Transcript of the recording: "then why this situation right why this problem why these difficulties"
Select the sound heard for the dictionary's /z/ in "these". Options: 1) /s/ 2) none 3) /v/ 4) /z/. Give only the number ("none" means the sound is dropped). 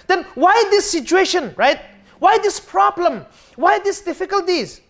1